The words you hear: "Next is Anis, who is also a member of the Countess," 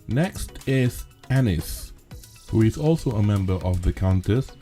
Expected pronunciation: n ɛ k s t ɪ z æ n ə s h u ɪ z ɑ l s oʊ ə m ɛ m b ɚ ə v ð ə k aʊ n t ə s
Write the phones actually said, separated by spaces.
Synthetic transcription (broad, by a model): n ɛ k s t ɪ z æ n ə s h u ɪ z ɑ l s oʊ ə m ɛ m b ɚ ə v ð ə k aʊ n t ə s